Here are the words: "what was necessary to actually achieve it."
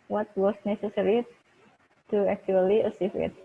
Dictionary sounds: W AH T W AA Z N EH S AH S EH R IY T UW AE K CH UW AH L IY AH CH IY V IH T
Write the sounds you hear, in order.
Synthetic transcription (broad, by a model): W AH T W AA S N EH S AH S EH R IY T UW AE K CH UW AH L IY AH S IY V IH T